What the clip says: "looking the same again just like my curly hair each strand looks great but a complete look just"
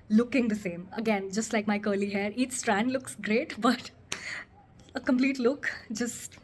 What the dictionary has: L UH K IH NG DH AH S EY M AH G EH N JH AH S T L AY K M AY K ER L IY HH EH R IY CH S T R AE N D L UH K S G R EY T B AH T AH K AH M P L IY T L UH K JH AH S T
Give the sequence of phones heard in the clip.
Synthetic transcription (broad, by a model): L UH K IH NG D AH S EY M AH G EH N JH AH S T L AY K M AY K ER L IY HH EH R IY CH S T R AE N D L UH K S G R EY T B AH T AH K AH M P L IY T L UH K JH AH S T